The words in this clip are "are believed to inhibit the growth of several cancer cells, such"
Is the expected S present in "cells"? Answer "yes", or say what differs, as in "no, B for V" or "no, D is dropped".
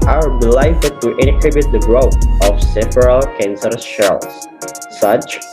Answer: no, SH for S